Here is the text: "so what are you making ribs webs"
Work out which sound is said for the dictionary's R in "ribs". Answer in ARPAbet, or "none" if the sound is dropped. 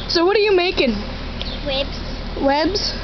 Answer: W